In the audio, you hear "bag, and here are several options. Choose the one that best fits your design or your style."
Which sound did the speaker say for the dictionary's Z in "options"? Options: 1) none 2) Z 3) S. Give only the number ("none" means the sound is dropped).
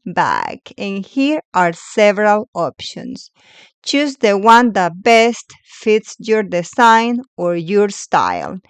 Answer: 3